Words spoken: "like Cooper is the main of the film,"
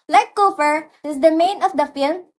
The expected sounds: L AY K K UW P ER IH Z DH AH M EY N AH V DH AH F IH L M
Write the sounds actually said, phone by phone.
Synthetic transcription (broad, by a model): L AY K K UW F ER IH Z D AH M EY N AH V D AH F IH L M